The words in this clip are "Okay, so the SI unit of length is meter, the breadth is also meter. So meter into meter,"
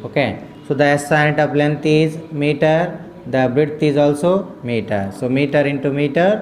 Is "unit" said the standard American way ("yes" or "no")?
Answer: no